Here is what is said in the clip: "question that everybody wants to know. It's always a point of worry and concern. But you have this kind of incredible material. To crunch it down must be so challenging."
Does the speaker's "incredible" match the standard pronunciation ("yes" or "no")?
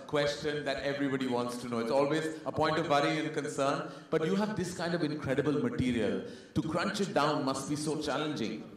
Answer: yes